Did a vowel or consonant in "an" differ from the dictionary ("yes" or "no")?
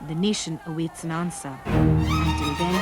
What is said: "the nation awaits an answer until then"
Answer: no